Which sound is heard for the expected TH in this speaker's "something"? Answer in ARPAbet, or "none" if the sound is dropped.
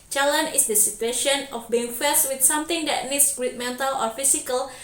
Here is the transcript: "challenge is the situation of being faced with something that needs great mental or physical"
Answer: T